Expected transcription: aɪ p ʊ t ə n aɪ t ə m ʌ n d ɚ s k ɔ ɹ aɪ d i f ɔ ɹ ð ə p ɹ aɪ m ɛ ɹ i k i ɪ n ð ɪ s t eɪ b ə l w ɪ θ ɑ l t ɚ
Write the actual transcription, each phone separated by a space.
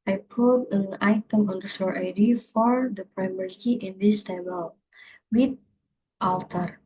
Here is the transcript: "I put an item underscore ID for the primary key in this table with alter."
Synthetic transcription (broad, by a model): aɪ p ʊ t ə n aɪ t ə m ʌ n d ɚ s ɔ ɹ aɪ d i f ɔ ɹ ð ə p ɹ aɪ m ɛ ɹ i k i ɪ n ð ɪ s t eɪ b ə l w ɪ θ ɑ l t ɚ